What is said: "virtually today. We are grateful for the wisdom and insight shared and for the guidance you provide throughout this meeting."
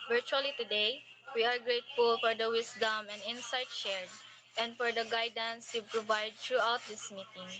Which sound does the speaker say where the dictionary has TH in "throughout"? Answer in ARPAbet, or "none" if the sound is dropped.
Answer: T